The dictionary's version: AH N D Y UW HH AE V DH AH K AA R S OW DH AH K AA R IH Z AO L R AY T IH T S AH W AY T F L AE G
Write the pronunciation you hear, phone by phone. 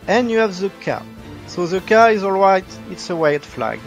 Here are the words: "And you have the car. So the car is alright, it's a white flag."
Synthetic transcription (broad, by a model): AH N Y UW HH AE V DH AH K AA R S OW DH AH K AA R IH Z AO L R AY T IH T S AH W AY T F L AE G